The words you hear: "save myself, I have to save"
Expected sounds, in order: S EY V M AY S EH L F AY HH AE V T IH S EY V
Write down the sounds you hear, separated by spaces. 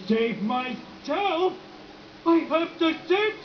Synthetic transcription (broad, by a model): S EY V M AY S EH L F AY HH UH P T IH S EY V